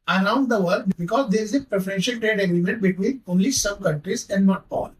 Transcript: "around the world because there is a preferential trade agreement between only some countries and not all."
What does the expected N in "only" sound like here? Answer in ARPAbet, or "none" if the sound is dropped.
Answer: none